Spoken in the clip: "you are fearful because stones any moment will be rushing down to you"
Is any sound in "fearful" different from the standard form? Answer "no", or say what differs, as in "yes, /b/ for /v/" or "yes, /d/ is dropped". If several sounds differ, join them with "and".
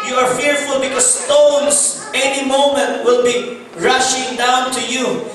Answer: no